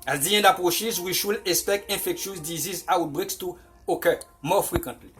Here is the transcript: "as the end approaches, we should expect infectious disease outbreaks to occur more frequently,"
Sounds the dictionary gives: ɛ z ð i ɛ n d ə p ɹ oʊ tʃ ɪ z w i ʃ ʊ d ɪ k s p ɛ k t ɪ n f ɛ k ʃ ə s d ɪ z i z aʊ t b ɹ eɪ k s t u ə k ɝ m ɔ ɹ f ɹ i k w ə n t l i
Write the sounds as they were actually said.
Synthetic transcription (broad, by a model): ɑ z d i ɛ n d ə p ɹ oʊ ʃ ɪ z w i ʃ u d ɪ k s p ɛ k t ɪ f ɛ k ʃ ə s d ɪ z i z aʊ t b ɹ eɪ k s t u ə k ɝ m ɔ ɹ f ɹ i k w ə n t l i